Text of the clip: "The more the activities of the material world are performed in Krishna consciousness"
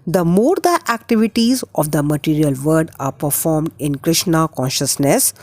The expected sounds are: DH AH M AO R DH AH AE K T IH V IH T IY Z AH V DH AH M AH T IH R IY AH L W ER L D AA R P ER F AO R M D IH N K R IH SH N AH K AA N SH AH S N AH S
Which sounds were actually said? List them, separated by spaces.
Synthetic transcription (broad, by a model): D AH M AO R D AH AE K T IH V IH T IY Z AH V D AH M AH T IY R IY AH L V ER D AA R P ER F AO R M D IH N K R IH SH N AH K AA N SH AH S N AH S